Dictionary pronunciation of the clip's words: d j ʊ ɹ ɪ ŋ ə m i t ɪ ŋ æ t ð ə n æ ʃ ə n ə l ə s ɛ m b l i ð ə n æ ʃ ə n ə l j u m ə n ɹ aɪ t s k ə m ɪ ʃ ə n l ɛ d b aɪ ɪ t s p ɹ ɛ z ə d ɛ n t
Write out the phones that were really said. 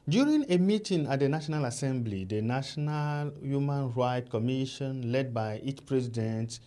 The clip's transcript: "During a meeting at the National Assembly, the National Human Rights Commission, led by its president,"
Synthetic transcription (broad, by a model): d j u ɹ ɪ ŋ ə m i t ɪ ŋ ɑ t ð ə n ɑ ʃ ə n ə l ə s ɛ m b l i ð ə n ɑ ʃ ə n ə l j u m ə n ɹ aɪ t k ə m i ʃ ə n l ɛ d b aɪ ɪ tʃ p ɹ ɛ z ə d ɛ n t